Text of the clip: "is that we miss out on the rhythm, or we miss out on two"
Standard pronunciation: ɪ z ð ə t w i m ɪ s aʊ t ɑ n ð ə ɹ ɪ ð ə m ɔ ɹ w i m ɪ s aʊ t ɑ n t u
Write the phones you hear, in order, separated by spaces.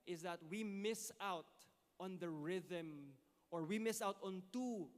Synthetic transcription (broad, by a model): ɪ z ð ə t w i m ɪ s aʊ t ɑ n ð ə ɹ ɪ ð ə m ɔ ɹ w i m ɪ s aʊ t ɑ n t u